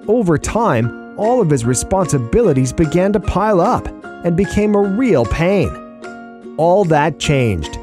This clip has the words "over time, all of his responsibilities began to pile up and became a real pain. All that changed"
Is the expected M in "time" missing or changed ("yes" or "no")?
no